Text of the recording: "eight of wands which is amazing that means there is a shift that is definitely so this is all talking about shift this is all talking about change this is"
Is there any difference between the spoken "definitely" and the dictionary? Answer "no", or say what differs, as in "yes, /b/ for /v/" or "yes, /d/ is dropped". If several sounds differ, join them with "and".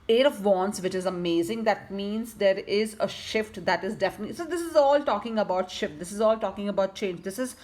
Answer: yes, /n/ is dropped